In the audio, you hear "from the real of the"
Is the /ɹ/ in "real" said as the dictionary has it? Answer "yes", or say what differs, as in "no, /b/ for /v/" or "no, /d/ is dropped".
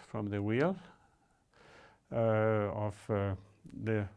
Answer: no, /w/ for /ɹ/